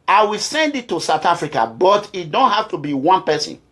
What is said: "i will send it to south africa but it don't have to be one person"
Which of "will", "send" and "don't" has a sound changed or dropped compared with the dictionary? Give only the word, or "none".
none